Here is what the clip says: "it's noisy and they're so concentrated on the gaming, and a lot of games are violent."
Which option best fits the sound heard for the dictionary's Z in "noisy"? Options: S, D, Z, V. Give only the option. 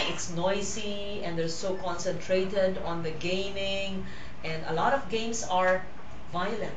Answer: S